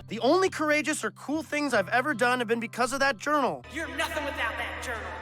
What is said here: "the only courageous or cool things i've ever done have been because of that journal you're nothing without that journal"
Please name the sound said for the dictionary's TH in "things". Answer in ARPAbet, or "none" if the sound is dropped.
TH